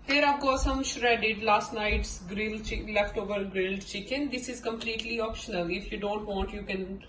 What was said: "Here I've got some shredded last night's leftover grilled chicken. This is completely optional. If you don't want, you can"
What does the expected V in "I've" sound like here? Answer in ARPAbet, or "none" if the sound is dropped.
P